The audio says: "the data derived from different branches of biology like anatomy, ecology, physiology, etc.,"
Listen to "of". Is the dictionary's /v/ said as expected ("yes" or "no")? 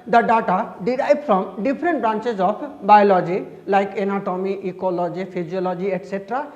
no